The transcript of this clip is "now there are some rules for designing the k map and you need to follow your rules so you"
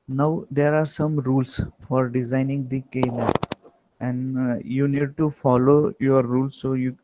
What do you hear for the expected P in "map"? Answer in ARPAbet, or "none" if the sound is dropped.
none